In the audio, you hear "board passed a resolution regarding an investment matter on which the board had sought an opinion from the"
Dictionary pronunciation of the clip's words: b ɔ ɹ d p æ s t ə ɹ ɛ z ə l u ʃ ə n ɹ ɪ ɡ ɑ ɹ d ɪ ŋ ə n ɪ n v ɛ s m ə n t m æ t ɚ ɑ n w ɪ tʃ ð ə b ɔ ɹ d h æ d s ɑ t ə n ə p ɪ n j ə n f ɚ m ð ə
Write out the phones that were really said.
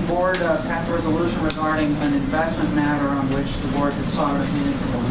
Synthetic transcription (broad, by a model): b ɔ ɹ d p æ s ə ɹ ɛ z ə l u ʃ ə n ɹ ɪ ɡ ɑ ɹ d ɪ ŋ ə n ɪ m v ɛ s m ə n m æ t ɚ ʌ n w ɪ tʃ ð ə b ɔ ɹ d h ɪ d s ɑ t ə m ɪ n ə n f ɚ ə